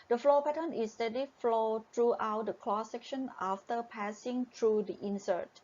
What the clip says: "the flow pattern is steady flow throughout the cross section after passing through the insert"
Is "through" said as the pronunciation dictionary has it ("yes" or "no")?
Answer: no